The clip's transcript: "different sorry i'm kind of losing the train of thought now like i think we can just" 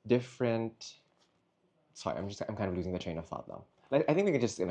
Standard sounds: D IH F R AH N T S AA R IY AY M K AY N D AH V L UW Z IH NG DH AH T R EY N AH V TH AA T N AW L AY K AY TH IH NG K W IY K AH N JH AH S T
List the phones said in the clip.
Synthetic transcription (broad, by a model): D IH F R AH N T S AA R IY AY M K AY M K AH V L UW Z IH NG DH AH T R EY N AH V TH AA T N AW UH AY AY TH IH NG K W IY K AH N JH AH S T